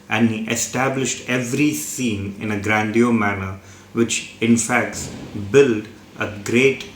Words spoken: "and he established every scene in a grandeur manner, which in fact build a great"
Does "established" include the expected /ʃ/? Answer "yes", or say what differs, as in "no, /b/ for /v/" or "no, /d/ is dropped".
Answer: yes